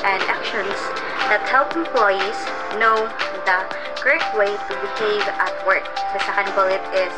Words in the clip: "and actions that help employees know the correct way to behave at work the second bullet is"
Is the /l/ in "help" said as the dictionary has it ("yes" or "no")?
yes